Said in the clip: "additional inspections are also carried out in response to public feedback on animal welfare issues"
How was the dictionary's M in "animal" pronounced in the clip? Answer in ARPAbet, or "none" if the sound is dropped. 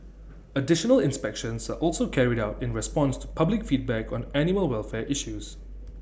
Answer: none